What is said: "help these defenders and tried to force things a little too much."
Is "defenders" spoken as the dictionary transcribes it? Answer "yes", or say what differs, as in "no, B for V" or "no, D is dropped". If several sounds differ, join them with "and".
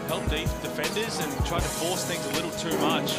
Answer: yes